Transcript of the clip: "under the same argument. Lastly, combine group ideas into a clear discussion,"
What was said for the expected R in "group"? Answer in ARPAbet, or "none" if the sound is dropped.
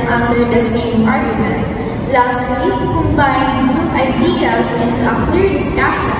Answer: none